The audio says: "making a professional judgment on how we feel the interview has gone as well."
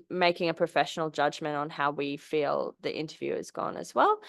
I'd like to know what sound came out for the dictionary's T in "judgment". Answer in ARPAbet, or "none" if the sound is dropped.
T